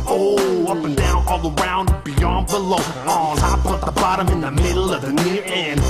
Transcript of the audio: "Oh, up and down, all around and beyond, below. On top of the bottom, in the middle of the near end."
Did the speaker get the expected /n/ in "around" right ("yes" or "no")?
no